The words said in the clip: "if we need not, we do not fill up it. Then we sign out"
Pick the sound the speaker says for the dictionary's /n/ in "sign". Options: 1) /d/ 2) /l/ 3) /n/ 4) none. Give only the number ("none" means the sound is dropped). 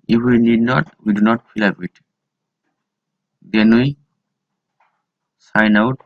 3